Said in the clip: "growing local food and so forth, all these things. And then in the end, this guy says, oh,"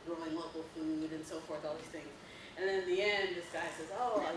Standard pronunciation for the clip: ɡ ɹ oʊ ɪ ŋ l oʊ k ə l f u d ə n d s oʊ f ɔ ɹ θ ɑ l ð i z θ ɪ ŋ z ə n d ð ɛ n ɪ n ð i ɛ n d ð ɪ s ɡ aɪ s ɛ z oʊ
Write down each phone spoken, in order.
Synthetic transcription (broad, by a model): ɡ ɹ oʊ ɪ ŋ l oʊ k l f u d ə n s oʊ f ɔ ɹ θ ɑ l ð i z θ ɪ ŋ z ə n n ɪ n ð i ɛ n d ð ɪ s ɡ aɪ s ɛ z oʊ